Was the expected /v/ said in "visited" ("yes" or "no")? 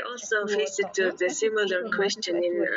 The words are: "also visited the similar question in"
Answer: no